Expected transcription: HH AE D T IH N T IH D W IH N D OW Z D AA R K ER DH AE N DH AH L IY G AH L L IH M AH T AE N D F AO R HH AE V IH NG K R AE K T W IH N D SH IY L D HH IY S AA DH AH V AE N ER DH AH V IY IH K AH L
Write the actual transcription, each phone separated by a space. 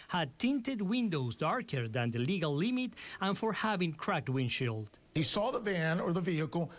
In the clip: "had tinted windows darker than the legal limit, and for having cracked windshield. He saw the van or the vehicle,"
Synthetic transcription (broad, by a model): HH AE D T IH N T IH D W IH N D OW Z D AA R K ER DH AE N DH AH L IY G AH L L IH M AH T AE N F AO R HH AE V IH NG K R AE K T W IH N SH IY L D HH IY S AA DH AH V AE N ER DH AH V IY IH K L